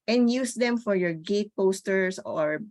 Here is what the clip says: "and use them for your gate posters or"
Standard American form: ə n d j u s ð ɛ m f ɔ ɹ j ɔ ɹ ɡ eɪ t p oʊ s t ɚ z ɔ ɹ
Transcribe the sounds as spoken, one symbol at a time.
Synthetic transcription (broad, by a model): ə n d j u s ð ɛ m f ɔ ɹ j ɔ ɹ ɡ eɪ t p oʊ s t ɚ s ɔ ɹ